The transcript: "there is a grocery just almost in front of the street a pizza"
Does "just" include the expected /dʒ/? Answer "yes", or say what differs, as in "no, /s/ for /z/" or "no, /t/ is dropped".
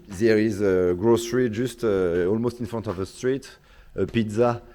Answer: no, /ʒ/ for /dʒ/